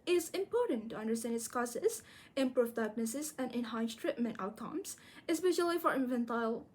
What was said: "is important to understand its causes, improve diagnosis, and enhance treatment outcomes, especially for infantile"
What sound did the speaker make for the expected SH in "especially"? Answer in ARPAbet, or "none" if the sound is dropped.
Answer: SH